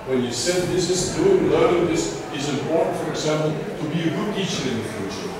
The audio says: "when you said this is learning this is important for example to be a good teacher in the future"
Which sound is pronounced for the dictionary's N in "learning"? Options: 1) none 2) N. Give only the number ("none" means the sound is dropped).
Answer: 1